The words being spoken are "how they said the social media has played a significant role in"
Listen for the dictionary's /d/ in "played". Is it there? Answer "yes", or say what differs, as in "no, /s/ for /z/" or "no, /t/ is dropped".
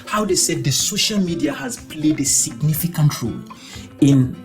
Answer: yes